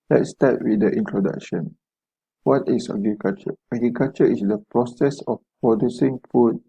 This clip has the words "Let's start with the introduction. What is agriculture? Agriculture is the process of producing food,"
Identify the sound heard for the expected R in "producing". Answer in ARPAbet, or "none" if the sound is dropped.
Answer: R